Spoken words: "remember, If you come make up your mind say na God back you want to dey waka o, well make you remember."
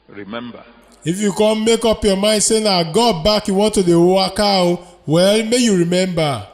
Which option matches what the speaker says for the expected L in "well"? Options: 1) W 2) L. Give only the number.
2